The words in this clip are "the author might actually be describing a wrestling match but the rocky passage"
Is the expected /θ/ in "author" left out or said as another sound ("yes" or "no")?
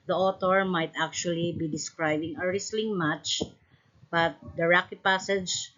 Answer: yes